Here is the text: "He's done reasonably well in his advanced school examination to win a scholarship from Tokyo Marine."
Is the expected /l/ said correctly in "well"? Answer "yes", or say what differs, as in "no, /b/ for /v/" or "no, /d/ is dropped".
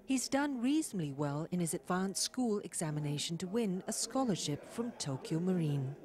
yes